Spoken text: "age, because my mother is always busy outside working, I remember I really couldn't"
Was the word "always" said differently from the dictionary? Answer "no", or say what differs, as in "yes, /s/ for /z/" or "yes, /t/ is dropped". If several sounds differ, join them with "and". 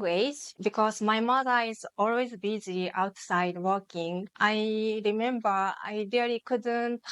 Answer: no